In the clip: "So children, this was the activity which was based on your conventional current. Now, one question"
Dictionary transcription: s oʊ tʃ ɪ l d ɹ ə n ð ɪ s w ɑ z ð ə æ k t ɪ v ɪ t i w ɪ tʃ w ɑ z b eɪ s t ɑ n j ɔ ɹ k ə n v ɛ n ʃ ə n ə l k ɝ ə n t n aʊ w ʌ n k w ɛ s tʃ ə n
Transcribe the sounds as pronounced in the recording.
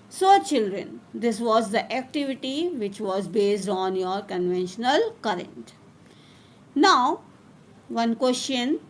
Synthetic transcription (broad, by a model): s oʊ tʃ ɪ l d ɹ ə n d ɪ s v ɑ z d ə æ k t ɪ v ɪ t i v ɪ tʃ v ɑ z b eɪ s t ɑ n j ɔ ɹ k ə n v ɛ n ʃ ə n ə l k ɝ ə n t n aʊ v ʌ n k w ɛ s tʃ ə n